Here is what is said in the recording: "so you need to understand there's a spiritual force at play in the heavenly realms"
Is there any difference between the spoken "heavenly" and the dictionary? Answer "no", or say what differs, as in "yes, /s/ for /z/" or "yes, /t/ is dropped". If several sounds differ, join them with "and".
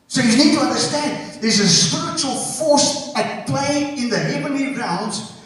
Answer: yes, /l/ is dropped